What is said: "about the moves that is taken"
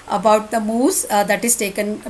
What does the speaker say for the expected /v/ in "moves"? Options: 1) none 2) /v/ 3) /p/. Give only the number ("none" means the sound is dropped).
1